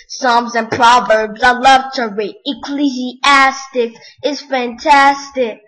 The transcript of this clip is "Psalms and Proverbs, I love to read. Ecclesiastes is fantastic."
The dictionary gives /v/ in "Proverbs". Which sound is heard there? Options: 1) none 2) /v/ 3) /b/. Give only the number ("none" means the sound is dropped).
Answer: 2